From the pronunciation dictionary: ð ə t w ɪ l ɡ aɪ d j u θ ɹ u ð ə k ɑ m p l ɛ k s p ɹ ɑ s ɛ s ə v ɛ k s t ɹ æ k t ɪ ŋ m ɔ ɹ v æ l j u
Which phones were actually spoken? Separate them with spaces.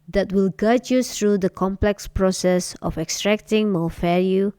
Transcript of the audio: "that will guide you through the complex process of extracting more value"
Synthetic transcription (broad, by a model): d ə t w ɪ l ɡ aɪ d j u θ ɹ u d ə k ɑ m p l ɛ k s p ɹ ɑ s ɛ s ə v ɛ k s t ɹ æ k t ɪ ŋ m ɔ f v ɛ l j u